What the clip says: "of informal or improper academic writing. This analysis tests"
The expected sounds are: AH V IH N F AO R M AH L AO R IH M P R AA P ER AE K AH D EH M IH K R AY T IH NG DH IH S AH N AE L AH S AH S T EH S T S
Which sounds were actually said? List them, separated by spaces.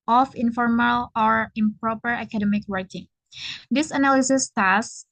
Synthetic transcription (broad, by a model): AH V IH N F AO R M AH L AO R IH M P R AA P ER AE K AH D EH M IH K W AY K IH NG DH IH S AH N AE L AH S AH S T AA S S